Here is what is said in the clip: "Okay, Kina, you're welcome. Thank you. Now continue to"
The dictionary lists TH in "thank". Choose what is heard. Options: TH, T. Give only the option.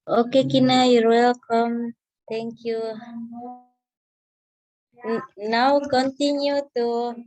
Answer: T